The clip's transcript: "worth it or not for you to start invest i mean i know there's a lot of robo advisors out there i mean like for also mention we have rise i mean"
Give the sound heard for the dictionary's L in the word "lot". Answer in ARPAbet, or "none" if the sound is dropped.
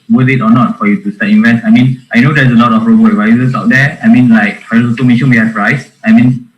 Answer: L